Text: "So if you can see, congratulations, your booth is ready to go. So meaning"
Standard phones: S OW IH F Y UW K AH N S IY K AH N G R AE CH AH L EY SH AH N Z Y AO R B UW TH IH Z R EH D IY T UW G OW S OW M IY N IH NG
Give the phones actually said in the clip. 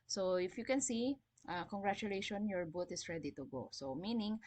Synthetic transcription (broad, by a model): S OW IH F Y UW K AH N S IY K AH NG G R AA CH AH L EY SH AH N Y AO R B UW T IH S R EH D IY T UW G OW S OW M IY N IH NG